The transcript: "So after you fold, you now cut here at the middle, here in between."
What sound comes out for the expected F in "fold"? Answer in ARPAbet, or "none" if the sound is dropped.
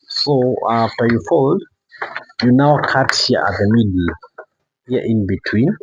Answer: F